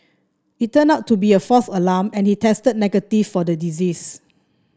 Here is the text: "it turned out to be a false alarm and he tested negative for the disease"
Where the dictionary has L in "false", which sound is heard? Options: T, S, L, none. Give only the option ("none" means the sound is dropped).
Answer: none